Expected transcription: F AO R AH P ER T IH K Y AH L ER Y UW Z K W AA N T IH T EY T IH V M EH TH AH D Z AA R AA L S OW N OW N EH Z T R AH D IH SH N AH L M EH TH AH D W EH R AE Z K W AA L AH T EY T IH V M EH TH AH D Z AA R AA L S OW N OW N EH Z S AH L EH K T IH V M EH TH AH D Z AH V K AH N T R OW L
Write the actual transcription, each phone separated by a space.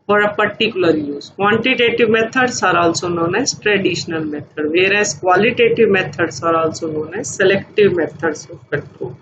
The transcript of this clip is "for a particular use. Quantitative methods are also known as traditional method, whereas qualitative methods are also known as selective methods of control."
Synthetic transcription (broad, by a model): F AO R AH P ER T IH K Y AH L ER Y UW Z K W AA N T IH T EY T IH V M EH T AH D S AA R AA L S OW N OW N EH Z T R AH D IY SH N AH L M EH T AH D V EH R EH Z K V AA L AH T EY T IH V M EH T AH D S AA R AA L S OW N OW N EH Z S AH L EH K T IH V M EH T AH D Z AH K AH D T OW